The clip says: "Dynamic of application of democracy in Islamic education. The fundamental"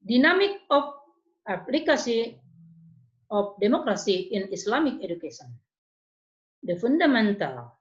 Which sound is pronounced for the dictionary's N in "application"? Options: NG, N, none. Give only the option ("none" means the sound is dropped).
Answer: none